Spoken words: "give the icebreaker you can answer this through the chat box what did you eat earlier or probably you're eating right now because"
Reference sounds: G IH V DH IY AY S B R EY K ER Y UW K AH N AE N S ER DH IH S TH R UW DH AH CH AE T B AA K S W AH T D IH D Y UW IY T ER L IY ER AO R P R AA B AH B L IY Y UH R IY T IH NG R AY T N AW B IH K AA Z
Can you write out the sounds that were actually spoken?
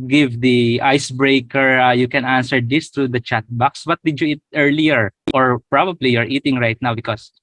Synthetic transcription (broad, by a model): G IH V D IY AY S B R EY K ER Y UW K AH N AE N S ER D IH S T R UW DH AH CH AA T B AA K S W AH T D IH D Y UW IY T ER L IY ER AO R P R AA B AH B L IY Y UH R IY T IH NG R AY T N AW B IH K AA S